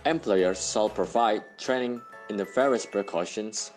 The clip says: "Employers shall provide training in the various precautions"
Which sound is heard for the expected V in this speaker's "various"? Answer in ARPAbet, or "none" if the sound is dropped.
F